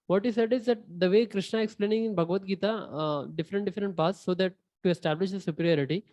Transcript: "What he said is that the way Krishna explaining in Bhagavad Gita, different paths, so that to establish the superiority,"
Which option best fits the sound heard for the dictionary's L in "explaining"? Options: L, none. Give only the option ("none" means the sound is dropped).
L